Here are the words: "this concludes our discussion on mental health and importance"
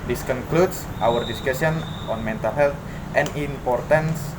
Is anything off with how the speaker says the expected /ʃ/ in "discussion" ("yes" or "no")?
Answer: yes